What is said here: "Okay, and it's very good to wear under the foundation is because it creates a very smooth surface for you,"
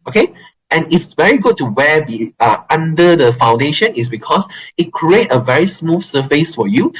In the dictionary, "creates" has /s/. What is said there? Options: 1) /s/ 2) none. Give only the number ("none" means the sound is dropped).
2